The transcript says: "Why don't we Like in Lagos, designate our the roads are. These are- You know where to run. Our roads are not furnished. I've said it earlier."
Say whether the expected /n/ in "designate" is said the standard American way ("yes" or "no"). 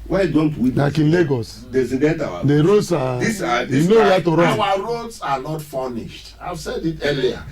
no